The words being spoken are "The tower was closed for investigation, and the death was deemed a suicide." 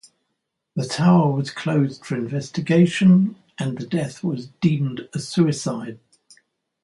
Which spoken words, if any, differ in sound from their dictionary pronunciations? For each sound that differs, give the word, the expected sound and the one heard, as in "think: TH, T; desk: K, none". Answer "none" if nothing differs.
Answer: none